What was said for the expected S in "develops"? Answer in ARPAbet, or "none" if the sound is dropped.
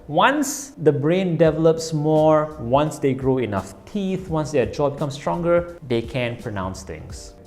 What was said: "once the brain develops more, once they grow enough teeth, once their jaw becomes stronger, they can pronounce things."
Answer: S